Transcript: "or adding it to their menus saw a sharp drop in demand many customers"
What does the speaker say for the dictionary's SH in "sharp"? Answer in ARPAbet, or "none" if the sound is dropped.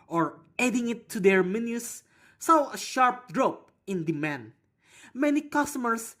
SH